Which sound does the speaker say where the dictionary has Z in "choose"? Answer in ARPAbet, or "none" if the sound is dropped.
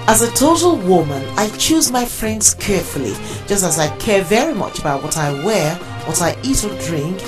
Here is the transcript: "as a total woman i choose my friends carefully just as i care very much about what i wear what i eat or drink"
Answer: Z